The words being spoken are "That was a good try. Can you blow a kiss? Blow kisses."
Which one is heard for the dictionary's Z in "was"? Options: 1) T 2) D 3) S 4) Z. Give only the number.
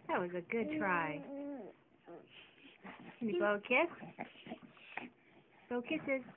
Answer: 4